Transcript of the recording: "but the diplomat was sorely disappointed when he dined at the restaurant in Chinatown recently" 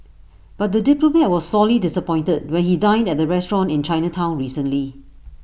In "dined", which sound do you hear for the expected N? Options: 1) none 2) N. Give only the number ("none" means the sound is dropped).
2